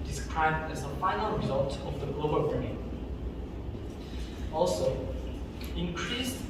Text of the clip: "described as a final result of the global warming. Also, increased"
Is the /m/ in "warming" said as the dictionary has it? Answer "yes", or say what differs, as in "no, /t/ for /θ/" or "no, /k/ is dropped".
no, /m/ is dropped